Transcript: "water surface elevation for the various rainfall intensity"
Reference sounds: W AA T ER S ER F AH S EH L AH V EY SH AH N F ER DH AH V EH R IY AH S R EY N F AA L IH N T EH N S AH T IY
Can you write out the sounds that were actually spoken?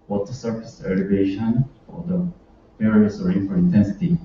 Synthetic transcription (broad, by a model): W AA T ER S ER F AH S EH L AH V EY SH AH N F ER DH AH P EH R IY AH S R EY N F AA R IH N T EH N S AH T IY